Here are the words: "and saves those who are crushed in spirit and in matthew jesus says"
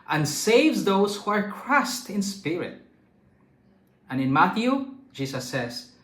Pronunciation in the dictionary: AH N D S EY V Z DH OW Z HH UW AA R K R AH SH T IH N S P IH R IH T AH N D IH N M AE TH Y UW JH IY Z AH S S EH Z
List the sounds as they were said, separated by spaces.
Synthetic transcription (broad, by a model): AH N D S EY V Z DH OW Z HH UW AA R K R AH S T IH N S P IH R IH T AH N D IH N M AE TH Y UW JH IY S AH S S EH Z